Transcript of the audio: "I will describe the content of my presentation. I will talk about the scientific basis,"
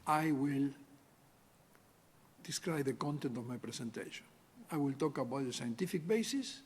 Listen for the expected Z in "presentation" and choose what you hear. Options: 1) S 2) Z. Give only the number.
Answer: 1